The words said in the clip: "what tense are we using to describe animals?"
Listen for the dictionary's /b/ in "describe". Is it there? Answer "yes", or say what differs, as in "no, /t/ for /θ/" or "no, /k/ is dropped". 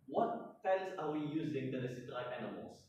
no, /b/ is dropped